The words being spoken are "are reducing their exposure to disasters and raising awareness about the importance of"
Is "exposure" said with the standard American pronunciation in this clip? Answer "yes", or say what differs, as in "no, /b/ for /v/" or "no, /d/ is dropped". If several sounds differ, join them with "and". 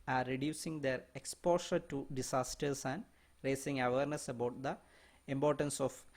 no, /ʃ/ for /ʒ/